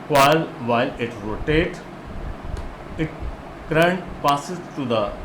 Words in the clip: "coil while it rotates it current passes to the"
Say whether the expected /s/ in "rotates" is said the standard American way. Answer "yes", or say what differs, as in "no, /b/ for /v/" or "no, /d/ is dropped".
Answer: no, /s/ is dropped